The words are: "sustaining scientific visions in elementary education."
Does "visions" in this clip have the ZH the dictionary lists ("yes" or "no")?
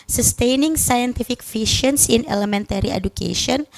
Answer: no